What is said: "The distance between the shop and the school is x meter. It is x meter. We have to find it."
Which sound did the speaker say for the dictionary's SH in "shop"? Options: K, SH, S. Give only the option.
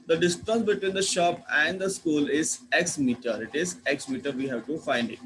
SH